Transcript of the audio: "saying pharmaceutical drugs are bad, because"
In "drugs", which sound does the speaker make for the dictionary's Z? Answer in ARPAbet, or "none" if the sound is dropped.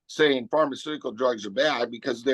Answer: Z